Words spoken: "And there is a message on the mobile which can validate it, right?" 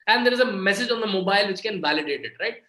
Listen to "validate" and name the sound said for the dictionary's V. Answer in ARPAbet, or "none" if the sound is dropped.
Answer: V